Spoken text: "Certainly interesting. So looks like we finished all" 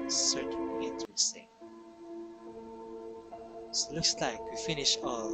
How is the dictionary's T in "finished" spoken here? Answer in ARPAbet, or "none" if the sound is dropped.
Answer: none